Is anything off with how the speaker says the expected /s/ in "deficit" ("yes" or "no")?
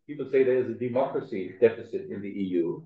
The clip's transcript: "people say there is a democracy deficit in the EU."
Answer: no